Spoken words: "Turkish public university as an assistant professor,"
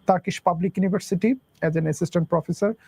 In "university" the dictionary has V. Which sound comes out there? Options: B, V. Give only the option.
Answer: B